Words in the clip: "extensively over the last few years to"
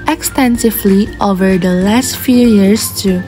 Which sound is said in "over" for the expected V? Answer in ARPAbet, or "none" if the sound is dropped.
V